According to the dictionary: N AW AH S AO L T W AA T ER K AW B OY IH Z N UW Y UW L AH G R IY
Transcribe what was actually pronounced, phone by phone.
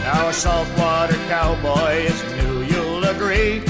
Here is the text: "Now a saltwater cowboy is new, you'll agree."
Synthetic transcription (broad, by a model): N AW AH S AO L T W AA T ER K AW B OY IH Z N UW Y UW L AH G R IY